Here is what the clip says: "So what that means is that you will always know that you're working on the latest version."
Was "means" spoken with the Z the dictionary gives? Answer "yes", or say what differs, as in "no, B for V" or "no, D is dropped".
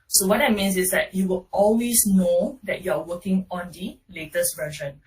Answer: no, S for Z